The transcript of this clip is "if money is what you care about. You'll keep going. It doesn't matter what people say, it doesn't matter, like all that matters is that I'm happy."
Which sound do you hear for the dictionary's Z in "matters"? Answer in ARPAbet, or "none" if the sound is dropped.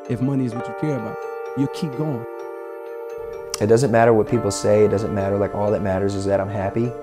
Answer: Z